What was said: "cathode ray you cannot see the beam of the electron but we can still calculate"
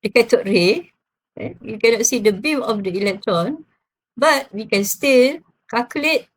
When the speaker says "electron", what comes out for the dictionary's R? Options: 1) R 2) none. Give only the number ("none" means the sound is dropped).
1